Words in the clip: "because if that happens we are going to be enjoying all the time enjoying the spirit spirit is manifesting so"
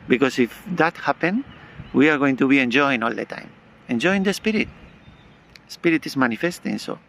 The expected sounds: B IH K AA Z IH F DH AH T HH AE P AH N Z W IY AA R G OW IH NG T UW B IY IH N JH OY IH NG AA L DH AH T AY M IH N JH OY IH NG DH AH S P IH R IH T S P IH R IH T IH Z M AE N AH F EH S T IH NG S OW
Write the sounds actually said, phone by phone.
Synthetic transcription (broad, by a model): B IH K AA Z IH F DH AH T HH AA P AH N W IY AA R G OW IH NG T UW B IY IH N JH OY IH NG AA L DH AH T AY M IH N JH OY IH NG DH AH S P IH R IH T S P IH R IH T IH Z M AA N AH F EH S T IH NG S OW